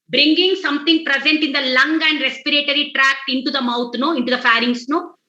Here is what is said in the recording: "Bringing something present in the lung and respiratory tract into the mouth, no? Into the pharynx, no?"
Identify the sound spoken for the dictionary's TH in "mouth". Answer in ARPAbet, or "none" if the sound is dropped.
T